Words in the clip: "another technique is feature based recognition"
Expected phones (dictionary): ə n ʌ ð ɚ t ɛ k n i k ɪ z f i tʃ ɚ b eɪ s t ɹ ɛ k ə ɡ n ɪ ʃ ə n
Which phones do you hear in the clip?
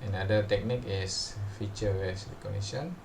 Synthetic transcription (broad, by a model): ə n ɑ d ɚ t ɛ k n i k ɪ s f i tʃ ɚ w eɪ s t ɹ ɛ k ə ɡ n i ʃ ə n